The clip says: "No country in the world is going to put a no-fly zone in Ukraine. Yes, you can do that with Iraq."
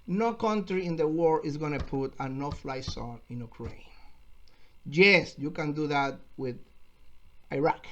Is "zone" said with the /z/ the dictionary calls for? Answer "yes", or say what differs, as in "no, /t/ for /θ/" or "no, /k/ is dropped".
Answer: no, /s/ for /z/